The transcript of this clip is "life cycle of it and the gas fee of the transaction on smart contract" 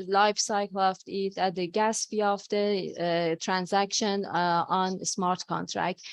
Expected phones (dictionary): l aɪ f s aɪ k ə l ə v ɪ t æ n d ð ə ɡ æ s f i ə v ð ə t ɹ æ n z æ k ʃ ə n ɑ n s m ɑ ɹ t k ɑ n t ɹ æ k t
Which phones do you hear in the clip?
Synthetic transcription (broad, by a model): l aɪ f s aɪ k l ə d ɪ t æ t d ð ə ɡ æ s p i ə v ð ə t ɹ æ n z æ k ʃ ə n ɑ n s m ɑ ɹ t k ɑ n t ɹ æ k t